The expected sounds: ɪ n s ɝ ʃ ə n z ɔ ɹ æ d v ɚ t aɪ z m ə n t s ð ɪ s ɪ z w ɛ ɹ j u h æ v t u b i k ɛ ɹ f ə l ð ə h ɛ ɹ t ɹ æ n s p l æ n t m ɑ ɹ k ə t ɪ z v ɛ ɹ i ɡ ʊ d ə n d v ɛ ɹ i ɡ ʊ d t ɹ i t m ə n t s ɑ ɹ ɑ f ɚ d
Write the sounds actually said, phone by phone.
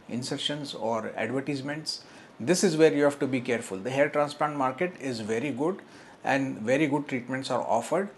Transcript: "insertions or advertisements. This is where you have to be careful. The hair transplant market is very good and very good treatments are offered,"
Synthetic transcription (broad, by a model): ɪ n s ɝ ʃ ə n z ɔ ɹ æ d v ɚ t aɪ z m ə n t s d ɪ s ɪ z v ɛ ɹ j u h æ v t u b i k ɛ ɹ f ə l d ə h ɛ l t ɹ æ n s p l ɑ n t m ɑ ɹ k ə t ɪ z v ɛ ɹ i ɡ ʊ d ə n d v ɛ ɹ i ɡ ʊ d t ɹ i t m ə n t s ɑ ɹ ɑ f ɚ d